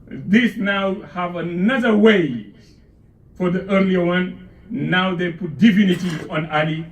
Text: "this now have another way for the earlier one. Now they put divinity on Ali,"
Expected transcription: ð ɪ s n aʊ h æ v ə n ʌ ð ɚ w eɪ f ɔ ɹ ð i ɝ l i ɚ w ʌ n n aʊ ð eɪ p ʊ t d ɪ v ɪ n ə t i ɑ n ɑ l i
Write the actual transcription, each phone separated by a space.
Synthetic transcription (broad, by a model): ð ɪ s n aʊ h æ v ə n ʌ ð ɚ w eɪ f ɔ ɹ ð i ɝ l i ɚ w ʌ n n aʊ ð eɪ p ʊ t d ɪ f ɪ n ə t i ɑ n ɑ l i